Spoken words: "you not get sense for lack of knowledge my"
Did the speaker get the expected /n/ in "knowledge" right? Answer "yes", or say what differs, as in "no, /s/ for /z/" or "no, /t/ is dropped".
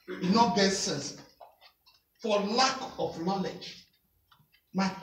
yes